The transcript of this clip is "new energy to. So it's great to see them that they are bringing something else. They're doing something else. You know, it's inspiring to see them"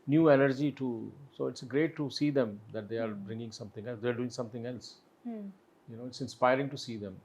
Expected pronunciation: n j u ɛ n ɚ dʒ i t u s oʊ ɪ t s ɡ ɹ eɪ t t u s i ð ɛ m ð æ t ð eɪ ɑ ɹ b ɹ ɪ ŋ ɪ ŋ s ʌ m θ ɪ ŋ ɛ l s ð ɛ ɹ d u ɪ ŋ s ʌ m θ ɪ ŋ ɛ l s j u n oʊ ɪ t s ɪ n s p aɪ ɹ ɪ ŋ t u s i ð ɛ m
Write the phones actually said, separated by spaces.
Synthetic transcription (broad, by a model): n j u ɛ n ɚ dʒ i t u s oʊ ɪ t s ɡ ɹ eɪ t t u s i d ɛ m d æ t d eɪ ɑ ɹ b ɹ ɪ ŋ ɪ ŋ s ʌ m t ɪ ŋ ɛ l s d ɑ ɹ d u ɪ ŋ s ʌ m t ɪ ŋ ɛ l s j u n oʊ ɪ t s ɪ n s p aɪ ɹ ɪ ŋ t u s i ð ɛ m